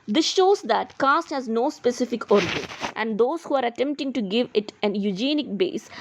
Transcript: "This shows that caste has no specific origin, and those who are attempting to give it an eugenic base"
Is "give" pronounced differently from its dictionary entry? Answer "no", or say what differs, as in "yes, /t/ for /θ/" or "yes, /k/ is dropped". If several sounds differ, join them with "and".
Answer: no